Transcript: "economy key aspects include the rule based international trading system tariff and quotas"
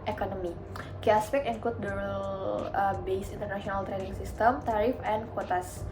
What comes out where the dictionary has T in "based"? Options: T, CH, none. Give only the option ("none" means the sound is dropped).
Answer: none